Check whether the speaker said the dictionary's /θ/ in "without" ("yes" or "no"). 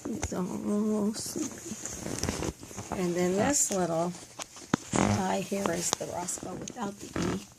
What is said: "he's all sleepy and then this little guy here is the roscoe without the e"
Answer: yes